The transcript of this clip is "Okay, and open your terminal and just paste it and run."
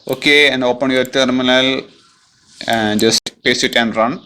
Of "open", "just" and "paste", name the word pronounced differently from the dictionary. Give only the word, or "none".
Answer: paste